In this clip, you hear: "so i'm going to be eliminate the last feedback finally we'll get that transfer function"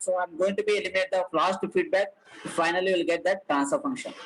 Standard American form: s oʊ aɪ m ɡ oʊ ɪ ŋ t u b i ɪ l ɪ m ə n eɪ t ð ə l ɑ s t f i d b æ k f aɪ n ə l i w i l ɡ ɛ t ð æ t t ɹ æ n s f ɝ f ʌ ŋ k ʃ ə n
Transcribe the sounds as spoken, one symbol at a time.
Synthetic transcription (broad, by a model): s oʊ aɪ m ɡ oʊ ɪ ŋ t u b i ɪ l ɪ m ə n eɪ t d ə l ɑ s t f i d b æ k f aɪ n ə l i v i l ɡ ɛ t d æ t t ɹ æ n s ɝ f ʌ ŋ k ʃ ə n